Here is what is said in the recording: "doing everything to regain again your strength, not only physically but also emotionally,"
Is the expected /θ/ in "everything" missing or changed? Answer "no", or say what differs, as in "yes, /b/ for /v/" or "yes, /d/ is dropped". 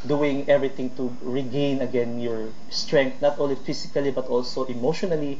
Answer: yes, /t/ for /θ/